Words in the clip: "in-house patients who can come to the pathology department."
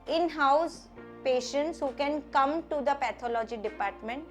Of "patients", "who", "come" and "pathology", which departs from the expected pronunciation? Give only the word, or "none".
pathology